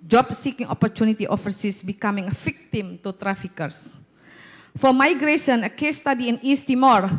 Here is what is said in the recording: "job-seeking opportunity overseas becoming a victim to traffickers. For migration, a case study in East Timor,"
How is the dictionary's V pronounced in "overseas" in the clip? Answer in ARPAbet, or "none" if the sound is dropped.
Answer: F